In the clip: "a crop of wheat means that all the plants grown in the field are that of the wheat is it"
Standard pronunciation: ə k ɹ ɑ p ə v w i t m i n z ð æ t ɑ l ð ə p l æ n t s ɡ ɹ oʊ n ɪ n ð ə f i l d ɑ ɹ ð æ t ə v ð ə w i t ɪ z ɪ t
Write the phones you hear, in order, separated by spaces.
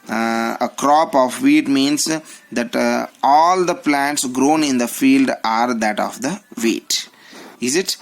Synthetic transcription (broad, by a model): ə k ɹ ɑ p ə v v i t m i n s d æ t ɑ l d ə p l æ n t s ɡ ɹ oʊ n ɪ n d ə f i l d ɑ ɹ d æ t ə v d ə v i t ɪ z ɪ t